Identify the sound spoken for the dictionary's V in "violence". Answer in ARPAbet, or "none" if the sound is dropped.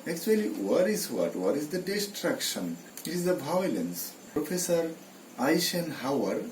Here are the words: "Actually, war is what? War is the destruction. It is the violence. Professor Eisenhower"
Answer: B